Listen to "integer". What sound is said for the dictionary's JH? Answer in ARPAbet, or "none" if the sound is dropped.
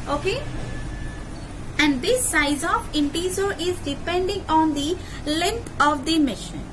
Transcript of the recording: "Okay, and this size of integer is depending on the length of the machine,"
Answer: Z